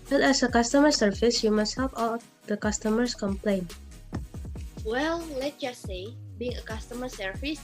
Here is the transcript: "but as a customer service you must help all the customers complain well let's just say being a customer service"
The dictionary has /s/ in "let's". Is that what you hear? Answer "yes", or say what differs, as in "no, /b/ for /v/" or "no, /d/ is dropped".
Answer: no, /s/ is dropped